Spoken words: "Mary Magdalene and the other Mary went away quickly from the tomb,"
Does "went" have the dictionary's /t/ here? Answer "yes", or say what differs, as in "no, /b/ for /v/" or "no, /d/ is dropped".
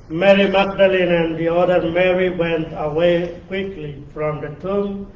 yes